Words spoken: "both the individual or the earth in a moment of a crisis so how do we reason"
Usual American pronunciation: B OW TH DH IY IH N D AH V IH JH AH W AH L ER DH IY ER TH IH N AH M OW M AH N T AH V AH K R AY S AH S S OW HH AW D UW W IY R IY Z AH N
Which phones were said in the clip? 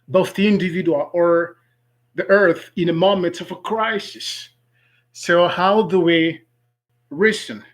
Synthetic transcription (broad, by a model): B OW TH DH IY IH N D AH V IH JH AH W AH L ER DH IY ER TH IH N AH M OW M AH N T AH V AH K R AY S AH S S OW HH AW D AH W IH R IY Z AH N